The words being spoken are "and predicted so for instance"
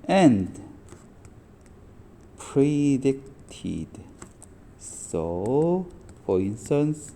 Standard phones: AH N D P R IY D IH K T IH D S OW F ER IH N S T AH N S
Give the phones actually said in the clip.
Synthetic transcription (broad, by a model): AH N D P R IY D IH K T IH D S OW F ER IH N S T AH N S